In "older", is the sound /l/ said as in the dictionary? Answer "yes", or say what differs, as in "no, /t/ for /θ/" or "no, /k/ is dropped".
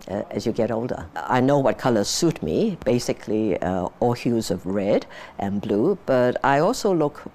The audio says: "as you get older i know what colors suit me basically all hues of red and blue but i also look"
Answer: yes